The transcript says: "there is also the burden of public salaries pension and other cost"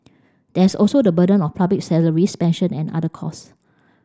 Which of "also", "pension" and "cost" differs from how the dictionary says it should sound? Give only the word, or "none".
cost